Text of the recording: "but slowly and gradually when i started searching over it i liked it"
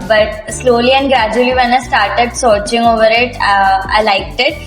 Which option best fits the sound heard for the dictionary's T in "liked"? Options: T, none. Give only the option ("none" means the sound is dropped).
T